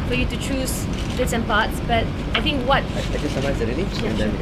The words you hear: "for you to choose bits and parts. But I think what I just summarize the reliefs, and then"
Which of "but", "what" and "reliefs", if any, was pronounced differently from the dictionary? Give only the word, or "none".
reliefs